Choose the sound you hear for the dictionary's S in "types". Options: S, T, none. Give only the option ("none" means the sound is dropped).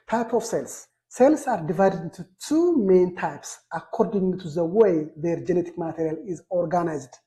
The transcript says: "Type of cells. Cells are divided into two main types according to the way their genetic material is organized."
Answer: S